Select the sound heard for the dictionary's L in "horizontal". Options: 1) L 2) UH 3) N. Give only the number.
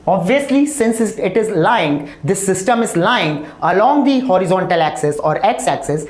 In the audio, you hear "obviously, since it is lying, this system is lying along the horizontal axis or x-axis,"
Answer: 1